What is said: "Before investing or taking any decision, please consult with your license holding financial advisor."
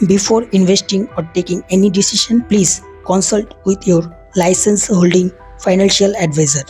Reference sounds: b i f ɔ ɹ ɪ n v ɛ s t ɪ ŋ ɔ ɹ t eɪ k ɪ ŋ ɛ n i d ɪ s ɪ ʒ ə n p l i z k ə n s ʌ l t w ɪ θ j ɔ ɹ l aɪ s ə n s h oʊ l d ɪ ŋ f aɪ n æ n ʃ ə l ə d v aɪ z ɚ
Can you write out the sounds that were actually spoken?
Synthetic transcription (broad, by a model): b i f ɔ ɹ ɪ n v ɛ s t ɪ ŋ ɔ ɹ t eɪ k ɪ ŋ ɛ n i d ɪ s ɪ ʃ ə n p l i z k ə n s ʌ l t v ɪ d j ɔ ɹ l aɪ s ə n s h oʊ l d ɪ ŋ f aɪ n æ n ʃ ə l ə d v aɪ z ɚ